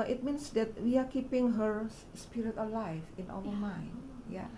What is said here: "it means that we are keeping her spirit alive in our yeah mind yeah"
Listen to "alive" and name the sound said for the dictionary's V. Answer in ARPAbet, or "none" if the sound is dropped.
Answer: F